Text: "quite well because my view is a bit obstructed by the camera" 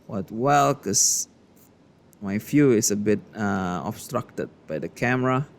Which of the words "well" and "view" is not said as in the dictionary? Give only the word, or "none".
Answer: view